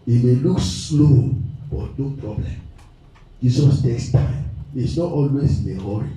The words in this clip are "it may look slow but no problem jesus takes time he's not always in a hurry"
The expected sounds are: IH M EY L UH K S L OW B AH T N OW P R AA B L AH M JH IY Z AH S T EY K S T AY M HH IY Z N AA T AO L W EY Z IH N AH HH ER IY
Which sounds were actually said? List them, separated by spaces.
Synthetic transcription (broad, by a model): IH M EY L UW K S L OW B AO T N OW P R AA B L AH M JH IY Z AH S T EY K S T AY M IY S N AA T AO L W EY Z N AH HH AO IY